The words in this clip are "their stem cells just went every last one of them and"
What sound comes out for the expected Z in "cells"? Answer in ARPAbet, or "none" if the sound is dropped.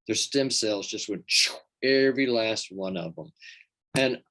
Z